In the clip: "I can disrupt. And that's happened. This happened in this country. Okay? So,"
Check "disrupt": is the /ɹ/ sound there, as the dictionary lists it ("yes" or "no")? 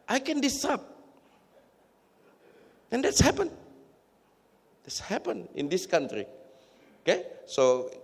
no